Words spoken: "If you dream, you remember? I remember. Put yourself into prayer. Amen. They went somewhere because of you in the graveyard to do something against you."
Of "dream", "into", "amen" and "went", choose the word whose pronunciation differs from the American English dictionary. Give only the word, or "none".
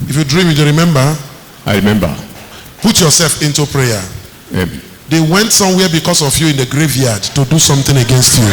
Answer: amen